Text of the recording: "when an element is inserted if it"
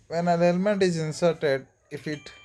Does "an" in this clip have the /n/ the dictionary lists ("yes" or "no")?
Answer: no